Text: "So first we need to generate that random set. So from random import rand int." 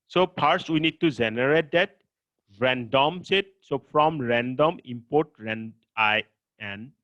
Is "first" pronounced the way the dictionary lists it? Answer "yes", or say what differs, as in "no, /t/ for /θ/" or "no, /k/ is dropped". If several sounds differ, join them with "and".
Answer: no, /p/ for /f/